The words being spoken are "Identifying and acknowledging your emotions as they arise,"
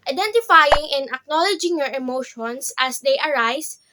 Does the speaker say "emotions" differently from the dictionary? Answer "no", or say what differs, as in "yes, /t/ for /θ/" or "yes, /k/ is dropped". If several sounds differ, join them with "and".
yes, /s/ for /z/